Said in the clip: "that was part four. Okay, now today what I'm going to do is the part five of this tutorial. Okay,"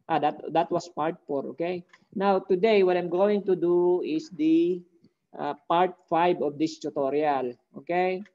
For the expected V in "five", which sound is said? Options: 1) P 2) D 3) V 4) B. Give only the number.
4